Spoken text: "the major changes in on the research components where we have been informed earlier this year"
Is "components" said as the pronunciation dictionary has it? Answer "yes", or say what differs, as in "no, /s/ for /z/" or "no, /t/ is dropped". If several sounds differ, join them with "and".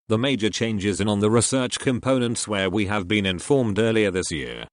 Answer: yes